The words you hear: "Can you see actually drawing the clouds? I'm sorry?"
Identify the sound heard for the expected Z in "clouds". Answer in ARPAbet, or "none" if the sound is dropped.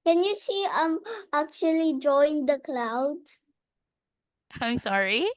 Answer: none